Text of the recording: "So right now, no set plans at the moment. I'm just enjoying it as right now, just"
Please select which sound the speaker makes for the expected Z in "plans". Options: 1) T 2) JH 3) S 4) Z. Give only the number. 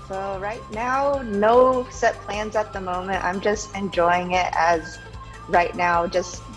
4